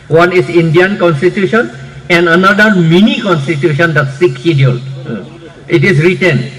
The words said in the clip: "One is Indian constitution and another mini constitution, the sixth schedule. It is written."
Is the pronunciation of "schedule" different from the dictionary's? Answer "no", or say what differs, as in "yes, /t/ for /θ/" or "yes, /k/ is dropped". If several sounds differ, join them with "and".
yes, /dʒ/ is dropped